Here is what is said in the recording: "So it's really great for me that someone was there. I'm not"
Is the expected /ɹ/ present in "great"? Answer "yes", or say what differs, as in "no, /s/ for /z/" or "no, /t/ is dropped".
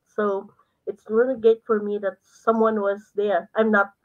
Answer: no, /ɹ/ is dropped